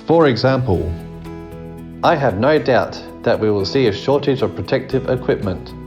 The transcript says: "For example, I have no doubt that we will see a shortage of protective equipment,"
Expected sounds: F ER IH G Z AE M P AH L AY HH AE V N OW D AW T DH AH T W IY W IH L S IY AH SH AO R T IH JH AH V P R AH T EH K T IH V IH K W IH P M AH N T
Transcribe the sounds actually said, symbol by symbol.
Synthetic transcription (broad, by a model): F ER IH G Z AE M P AH L AY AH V N OW D AW T DH AH T W IY W IH L S IY AH SH AO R T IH JH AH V P R AH T EH K T IH V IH K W IH P M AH N T